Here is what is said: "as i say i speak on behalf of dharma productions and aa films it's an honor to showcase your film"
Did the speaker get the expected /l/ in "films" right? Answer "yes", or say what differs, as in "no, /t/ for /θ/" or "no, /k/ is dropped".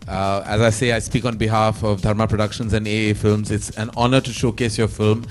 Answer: yes